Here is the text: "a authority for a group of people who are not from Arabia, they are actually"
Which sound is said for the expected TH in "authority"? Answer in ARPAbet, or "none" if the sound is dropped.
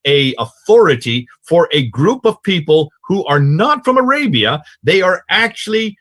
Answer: TH